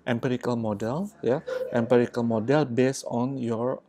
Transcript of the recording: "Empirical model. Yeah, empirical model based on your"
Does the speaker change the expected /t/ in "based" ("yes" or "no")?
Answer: yes